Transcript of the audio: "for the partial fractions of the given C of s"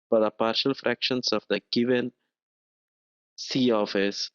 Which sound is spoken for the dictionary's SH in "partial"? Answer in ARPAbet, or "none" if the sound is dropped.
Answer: SH